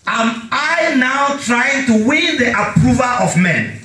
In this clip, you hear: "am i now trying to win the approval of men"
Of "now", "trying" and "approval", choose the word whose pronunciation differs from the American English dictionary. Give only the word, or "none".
none